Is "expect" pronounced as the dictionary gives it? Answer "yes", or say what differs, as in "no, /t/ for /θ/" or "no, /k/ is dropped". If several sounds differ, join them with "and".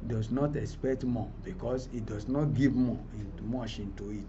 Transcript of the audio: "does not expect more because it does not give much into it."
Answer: yes